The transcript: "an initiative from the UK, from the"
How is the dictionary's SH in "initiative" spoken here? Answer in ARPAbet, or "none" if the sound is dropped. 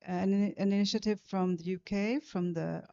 SH